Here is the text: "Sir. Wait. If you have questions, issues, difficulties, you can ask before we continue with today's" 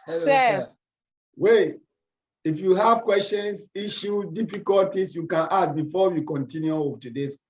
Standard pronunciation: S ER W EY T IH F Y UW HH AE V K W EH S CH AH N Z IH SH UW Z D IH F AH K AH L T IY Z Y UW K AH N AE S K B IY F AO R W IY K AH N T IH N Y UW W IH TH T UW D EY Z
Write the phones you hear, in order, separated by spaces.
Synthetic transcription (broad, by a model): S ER W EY IH F Y UW HH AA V K W EH S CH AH N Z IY SH UW D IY F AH K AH L T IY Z Y UW K AH N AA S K B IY F AO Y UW K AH N T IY N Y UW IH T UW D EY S